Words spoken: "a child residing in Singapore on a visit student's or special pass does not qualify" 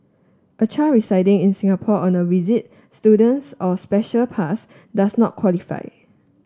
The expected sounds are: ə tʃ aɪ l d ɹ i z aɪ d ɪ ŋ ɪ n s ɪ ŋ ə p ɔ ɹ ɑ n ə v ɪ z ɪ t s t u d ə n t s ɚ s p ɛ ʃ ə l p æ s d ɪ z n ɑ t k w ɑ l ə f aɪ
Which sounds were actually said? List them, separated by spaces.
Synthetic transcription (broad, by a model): ə tʃ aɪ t ɹ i s aɪ d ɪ ŋ ɪ n s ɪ ŋ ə p ɔ ɑ n ə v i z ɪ t s t u d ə n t s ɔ s p ɛ ʃ ə l p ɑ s d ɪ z n ɑ t k w ɑ l ə f aɪ